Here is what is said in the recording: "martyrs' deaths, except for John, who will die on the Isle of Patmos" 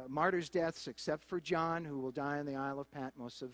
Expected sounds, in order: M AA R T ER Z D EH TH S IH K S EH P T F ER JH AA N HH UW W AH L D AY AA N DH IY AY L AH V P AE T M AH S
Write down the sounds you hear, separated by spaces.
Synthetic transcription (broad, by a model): M AA R T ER Z D EH TH S IH K S EH P T F ER JH AA N HH UW W AH L D AY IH N DH IY AY L AH V P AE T M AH S